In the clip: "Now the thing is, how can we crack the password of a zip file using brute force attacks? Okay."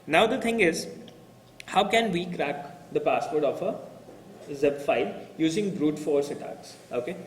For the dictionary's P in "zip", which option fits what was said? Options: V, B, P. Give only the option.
B